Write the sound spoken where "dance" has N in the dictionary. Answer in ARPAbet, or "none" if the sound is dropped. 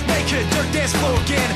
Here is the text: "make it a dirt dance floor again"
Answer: none